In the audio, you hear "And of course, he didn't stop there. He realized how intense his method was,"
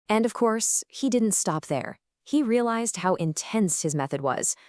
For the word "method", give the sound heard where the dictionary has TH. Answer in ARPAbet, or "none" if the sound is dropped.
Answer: TH